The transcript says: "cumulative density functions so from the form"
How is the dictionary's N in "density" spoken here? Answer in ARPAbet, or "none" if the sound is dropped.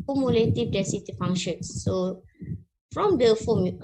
none